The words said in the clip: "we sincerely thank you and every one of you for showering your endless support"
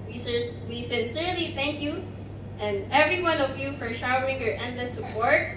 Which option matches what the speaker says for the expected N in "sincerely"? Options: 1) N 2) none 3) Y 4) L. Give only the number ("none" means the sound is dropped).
1